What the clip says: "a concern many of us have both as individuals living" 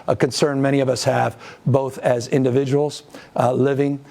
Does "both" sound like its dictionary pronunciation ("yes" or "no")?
yes